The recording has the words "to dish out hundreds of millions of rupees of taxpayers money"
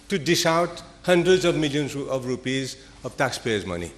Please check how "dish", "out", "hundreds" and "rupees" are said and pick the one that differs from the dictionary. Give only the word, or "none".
dish